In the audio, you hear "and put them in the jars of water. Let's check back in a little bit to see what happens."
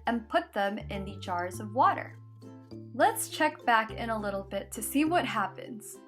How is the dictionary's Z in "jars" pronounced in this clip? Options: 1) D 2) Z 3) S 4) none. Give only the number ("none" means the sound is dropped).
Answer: 2